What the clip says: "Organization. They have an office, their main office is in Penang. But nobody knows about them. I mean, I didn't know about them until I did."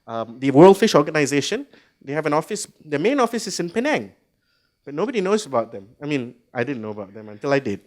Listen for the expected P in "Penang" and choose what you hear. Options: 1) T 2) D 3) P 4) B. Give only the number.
3